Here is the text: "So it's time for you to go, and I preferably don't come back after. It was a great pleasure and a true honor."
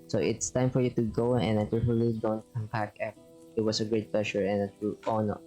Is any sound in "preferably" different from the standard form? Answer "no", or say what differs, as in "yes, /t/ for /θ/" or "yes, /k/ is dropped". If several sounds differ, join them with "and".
yes, /b/ is dropped